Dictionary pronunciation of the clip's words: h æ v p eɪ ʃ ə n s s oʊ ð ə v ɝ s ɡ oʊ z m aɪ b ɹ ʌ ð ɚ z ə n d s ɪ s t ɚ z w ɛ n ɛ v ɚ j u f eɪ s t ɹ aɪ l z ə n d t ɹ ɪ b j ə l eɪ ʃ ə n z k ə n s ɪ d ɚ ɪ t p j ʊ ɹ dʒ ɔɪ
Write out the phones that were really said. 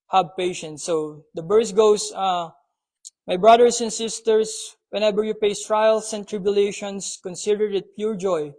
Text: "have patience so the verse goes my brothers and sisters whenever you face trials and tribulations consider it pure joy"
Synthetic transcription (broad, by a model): h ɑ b p eɪ ʃ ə n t s oʊ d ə b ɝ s ɡ oʊ s m aɪ b ɹ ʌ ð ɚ s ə n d s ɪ s t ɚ s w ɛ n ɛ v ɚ j u p eɪ s t ɹ aɪ l s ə n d t ɹ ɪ b j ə l eɪ ʃ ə n s k ə n s ɪ d ɚ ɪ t p j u ɹ dʒ ɔɪ